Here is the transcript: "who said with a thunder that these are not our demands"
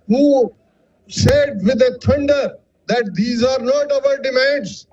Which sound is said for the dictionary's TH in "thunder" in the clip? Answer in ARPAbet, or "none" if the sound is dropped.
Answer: T